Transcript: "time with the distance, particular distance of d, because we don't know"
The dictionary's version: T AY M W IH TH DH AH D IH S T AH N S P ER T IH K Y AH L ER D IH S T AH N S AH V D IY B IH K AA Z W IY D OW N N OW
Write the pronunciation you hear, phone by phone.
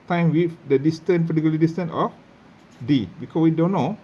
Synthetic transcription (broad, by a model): T AY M W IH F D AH D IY S T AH N P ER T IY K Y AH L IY D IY S T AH N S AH F D IY B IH K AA W IY D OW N N OW